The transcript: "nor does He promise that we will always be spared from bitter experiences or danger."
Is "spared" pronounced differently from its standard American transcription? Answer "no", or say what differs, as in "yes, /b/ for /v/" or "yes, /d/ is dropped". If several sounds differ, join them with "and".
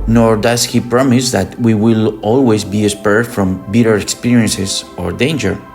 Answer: no